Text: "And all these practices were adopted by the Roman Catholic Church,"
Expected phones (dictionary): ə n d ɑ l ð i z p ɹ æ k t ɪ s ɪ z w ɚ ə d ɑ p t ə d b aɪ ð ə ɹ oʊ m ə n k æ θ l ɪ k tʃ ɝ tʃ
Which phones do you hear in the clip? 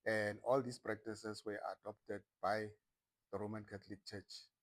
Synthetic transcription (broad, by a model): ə n d ɑ l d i s p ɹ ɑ k t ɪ s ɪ s w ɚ ə d ɑ p t ə d b aɪ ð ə ɹ oʊ m ə n k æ t l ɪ k tʃ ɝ tʃ